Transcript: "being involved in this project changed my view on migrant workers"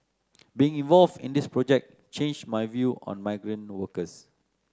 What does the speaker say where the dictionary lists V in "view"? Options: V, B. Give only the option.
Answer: V